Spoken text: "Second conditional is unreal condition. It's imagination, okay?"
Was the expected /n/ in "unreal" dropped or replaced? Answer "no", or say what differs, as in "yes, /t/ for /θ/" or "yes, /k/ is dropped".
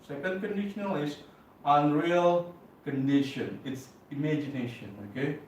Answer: no